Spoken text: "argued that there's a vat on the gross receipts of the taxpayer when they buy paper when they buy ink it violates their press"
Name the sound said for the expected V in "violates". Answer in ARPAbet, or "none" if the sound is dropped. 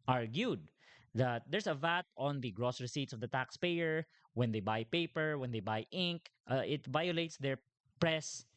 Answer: V